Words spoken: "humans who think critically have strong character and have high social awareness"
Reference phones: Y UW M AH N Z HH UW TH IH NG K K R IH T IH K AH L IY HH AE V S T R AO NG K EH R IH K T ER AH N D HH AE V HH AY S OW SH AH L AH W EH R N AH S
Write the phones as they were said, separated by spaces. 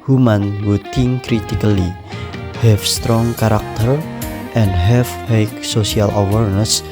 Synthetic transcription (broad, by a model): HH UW M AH N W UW T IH NG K K R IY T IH K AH L IY HH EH F S T R AO NG K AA R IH K T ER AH N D HH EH F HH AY S OW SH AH L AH W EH R N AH S